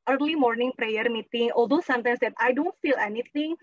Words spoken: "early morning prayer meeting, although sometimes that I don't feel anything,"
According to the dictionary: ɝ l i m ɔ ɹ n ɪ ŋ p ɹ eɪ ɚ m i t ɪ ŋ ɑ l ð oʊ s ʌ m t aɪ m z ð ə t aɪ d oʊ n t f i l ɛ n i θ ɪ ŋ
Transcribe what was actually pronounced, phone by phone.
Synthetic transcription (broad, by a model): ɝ l i m ɔ ɹ n ɪ ŋ p ɹ eɪ ɚ m i t ɪ ŋ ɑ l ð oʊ s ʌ m t aɪ m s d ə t aɪ d oʊ n t f i l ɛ n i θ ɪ ŋ